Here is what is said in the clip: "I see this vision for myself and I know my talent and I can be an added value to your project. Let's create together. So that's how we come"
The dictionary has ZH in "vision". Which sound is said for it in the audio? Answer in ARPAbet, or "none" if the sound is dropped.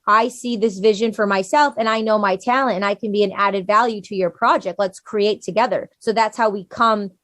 ZH